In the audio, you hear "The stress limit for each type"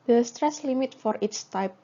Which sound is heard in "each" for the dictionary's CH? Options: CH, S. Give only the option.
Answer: S